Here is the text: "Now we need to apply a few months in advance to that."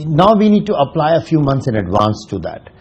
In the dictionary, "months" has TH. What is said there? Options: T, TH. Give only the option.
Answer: T